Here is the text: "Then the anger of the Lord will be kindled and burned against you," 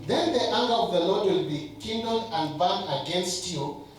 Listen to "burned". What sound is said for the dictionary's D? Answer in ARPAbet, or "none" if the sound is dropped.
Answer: none